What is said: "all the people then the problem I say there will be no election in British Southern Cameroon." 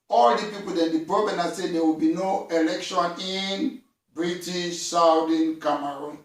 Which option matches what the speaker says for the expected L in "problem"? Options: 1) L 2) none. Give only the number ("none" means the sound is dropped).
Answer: 2